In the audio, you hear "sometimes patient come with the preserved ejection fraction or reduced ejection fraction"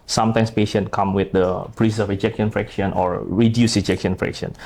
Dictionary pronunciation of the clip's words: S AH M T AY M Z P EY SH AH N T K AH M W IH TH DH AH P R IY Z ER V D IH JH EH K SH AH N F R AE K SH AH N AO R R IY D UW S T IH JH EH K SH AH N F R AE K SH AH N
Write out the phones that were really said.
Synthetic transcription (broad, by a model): S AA M T AY M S P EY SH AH N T K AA M W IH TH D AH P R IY S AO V IH JH EH K SH AH N F R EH K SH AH N AO R R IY D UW S IH JH EH K SH AH N F R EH K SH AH N